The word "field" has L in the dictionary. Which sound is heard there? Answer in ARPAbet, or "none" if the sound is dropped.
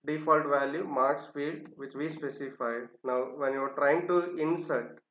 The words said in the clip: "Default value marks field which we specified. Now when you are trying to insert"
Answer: none